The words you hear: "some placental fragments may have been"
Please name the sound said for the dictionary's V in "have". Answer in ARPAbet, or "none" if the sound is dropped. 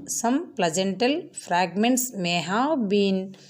W